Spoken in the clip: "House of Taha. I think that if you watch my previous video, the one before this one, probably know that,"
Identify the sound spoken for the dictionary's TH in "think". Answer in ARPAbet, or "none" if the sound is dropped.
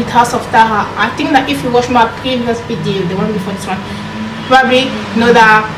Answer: T